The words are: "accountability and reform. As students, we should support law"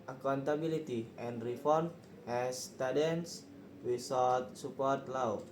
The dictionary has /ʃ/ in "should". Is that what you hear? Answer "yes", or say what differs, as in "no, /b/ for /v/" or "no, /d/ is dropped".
no, /s/ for /ʃ/